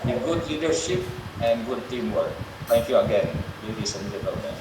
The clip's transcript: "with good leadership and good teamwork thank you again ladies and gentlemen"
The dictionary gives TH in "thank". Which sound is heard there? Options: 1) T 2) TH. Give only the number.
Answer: 1